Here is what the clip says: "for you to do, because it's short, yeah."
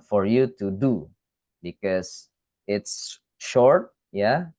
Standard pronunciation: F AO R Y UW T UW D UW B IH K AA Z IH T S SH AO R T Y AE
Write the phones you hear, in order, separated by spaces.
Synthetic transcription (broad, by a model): F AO R Y UW T UW D UW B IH K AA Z IH T S SH AO R T Y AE